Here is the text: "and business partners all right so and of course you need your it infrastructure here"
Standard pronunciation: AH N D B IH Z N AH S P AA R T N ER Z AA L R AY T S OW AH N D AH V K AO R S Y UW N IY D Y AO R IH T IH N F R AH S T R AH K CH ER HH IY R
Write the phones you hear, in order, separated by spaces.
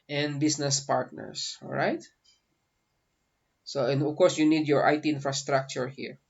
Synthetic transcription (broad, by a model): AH N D B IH S N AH S P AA R T N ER S AA L R AY T S OW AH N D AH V K AO R S Y UW N IY D Y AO R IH T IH N F R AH S T R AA K CH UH HH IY R